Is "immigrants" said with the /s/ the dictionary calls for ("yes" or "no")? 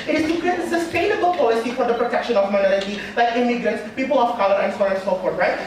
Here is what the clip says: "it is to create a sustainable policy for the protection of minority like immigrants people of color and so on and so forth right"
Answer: yes